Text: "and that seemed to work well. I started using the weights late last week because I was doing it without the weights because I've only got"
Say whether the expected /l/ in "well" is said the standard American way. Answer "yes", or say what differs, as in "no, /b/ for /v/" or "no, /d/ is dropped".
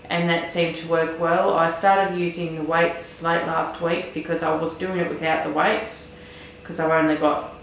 yes